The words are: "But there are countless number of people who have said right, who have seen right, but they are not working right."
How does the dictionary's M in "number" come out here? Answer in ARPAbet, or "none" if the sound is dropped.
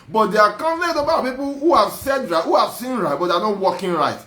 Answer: none